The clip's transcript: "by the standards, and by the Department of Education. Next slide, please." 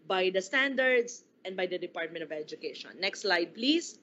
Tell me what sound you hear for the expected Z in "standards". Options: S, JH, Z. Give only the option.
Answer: S